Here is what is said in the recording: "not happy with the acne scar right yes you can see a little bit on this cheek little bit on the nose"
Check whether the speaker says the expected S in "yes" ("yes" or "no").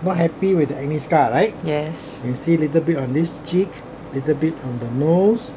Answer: yes